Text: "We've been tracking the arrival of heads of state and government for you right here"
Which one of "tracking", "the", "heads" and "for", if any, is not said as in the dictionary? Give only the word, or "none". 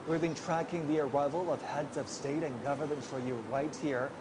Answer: none